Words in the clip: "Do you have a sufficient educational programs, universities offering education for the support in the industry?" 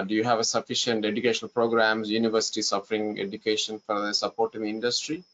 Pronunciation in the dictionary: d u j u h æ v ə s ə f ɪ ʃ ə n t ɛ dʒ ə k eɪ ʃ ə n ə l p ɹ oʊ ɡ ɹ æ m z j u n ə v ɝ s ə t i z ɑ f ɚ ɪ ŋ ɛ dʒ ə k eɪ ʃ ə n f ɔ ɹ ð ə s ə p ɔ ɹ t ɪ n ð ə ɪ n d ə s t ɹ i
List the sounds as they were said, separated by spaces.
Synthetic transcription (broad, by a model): d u j u h æ v ə s ə f ɪ ʃ ə n t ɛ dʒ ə k eɪ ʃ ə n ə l p ɹ oʊ ɡ ɹ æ m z j u n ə v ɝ s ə t i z ɑ f ɚ ɪ ŋ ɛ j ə k eɪ ʃ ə n f ɔ ɹ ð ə s ə p ɔ ɹ t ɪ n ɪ n d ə s t ɹ i